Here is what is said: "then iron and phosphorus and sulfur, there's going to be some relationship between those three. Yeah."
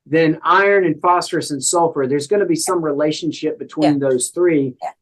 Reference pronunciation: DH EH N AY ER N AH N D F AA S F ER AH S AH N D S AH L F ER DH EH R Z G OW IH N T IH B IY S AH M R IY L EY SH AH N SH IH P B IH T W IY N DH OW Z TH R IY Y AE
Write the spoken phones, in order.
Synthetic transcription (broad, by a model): DH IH N AY ER N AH N F AA S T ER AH S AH N S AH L F ER DH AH R Z G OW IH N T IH B IY S AH M R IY L EY SH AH N SH IH P B IH T W IY N DH OW Z TH R IY